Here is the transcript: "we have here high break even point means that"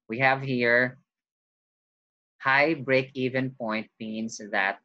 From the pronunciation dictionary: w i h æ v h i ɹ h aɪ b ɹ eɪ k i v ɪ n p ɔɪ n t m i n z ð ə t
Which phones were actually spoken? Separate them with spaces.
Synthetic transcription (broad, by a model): w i h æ v h i ɹ h aɪ b ɹ eɪ k i v ɪ n p ɔɪ n t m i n s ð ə t